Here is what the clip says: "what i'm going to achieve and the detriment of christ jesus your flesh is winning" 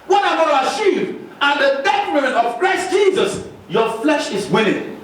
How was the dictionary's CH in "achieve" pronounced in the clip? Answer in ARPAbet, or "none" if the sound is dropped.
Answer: S